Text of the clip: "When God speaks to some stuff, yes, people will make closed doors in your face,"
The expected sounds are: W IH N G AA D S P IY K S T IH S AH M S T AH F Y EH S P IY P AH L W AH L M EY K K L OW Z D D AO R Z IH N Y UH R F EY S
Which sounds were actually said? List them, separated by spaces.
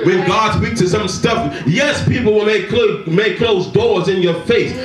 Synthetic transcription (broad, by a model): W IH N G AA D S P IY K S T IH S AH M S T AH F Y EH S P IY P L W AH L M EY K K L OW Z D D AO R Z IH N Y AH R F EY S